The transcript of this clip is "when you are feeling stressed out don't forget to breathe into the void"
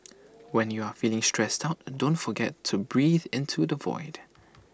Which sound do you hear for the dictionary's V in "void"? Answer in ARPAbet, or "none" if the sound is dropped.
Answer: V